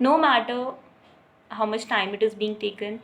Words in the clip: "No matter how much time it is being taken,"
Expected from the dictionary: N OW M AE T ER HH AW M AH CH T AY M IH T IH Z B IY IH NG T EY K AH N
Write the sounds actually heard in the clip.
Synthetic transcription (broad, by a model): N OW M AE T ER HH AW M AH CH T AY M IH T IH Z B IY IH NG T EY K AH N